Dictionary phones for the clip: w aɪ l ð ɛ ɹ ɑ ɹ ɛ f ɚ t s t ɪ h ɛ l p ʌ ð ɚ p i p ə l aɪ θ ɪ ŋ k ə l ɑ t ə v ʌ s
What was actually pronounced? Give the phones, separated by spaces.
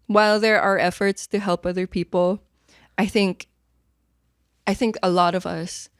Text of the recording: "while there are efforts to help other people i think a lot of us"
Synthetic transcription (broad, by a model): w aɪ l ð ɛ ɹ ɑ ɹ ɛ f ɚ t s t ɪ h ɛ l p ʌ ð ɚ p i p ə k aɪ θ ɪ ŋ k ə l ɑ t ə v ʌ s